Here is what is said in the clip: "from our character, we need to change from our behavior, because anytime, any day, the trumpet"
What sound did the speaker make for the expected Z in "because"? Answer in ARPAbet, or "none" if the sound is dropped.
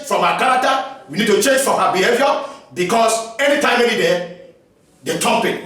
S